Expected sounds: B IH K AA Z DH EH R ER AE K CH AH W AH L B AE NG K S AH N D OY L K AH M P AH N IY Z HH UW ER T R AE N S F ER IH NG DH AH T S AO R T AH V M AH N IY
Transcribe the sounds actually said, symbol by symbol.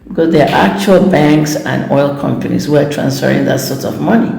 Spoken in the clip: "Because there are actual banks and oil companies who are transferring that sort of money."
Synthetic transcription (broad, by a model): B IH K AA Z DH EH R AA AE K CH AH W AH L B AE NG K S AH N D OY L K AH M P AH N IY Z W ER T R AE N S F ER IH NG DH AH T S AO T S AH V M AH N IY